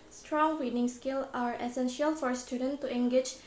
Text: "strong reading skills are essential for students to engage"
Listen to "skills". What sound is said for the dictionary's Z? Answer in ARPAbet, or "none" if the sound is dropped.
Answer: none